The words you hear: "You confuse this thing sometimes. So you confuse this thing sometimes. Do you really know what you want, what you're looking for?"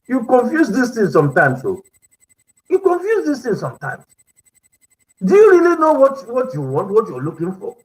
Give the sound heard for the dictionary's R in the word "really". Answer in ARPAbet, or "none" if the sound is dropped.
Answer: R